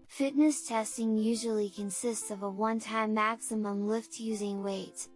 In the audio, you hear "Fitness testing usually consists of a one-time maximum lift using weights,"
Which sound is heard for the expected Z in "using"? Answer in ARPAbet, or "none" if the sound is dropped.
Z